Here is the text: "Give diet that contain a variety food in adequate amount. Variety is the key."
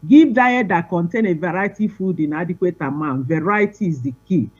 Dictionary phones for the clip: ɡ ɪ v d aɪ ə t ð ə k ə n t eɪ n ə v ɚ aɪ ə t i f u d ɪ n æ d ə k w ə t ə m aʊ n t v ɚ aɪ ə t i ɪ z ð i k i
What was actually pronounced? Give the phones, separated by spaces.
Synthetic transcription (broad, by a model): ɡ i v d aɪ ə t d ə k ə n t eɪ n ə v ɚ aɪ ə t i f u d ɪ n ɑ d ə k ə t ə m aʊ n v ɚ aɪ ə t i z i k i